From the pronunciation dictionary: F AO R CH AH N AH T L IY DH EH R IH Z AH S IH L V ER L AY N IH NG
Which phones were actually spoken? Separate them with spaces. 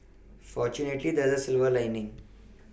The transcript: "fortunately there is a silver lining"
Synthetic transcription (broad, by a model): F AO R CH AH N AH T L IY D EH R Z AH S IH L V ER L AY N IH NG